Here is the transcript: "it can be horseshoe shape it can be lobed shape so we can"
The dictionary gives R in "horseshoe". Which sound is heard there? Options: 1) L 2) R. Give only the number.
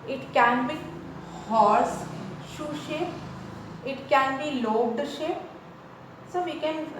2